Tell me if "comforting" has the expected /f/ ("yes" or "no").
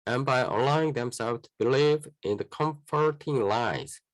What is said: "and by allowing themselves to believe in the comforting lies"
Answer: yes